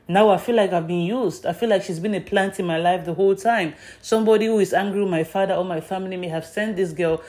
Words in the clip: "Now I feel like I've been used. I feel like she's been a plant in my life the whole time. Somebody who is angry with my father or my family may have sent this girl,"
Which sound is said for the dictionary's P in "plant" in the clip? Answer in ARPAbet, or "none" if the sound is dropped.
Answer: P